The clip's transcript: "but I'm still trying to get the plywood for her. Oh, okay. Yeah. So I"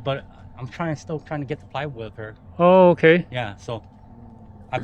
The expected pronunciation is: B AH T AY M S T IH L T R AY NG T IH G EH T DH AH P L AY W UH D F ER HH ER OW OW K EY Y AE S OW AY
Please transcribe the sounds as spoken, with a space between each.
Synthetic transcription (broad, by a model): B AH T AY M S T IH L T R AY NG T IH G EH T DH AH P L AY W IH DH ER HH ER OW OW K EY Y AE S OW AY